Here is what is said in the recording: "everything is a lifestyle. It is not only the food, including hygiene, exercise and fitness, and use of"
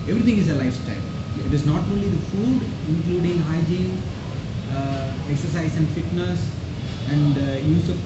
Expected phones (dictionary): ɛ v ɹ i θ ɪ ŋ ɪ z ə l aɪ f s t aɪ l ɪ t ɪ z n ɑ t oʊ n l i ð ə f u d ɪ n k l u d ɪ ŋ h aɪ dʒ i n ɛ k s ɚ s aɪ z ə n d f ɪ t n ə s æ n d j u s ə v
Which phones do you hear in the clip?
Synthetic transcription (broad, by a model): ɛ v ɹ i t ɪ ŋ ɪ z ə l aɪ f s t aɪ l ɪ t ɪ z n ɑ t oʊ n l i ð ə f u d ɪ n k l u d ɪ ŋ h aɪ dʒ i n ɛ k s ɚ s aɪ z ə n d f ɪ t n ə s æ n d j u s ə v